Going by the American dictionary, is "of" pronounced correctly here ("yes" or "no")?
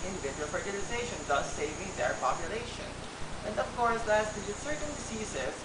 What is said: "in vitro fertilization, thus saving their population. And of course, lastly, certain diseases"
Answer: no